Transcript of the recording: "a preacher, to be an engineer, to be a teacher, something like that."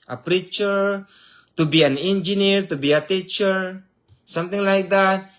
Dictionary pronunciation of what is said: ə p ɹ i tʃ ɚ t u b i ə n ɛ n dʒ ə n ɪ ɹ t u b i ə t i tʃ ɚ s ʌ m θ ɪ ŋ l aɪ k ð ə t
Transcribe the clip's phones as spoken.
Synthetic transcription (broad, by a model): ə p ɹ i tʃ ɚ t u b i ə n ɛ n dʒ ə n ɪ ɹ t u b i ə t i tʃ ɚ s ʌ m t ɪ ŋ l aɪ k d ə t